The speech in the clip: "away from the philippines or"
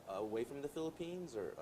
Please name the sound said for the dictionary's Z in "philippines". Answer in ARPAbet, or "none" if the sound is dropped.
Z